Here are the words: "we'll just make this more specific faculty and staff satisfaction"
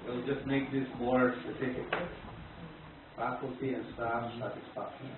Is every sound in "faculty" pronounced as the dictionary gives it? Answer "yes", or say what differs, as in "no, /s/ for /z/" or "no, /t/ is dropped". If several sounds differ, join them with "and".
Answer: yes